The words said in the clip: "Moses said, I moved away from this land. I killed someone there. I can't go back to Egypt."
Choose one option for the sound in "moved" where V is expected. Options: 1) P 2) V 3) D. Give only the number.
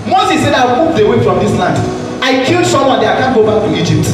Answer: 1